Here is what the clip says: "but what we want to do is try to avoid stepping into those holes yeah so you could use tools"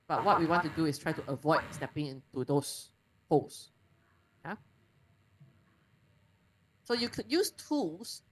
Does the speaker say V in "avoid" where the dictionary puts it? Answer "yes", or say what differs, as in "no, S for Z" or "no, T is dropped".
yes